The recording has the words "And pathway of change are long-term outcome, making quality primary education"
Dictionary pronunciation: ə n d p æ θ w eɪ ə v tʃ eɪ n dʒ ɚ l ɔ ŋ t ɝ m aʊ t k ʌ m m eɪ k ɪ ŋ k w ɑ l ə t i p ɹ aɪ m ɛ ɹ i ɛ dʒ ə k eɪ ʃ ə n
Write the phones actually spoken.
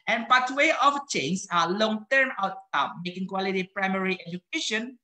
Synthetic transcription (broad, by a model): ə n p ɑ t w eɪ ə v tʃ eɪ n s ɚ l ɔ ŋ t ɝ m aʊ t ʌ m m eɪ k ɪ ŋ k w ɑ l ə t i p ɹ aɪ m ɛ ɹ i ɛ dʒ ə k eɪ ʃ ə n